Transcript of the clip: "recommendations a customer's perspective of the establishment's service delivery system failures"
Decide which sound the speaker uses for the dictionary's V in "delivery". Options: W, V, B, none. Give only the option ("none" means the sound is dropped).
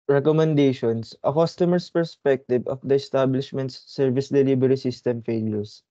B